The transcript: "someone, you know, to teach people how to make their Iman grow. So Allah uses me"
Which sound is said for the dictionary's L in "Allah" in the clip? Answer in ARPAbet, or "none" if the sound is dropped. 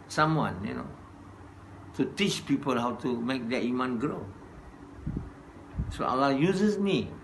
L